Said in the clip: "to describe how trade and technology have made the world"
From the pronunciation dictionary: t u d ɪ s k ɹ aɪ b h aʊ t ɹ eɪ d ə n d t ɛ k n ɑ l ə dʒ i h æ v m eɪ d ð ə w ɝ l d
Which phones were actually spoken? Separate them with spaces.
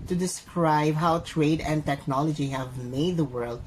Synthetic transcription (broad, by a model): t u d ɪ s k ɹ aɪ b h aʊ t ɹ eɪ d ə n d t ɛ k n ɑ l ə dʒ i h æ v m eɪ d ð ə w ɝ l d